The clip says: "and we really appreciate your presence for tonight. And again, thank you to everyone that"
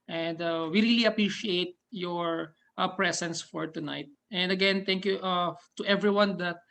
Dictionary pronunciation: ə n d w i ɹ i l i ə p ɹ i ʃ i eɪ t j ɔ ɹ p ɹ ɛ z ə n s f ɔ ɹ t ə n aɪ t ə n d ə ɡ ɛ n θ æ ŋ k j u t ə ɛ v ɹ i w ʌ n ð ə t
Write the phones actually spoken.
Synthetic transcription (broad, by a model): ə n d w i ɹ i l i ə p ɹ i ʃ i eɪ t j ɔ ɹ p ɹ ɛ s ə n s f ɔ ɹ t ə n aɪ t ə n d ə ɡ ɛ n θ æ ŋ k j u t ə ɛ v ɹ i w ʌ n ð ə t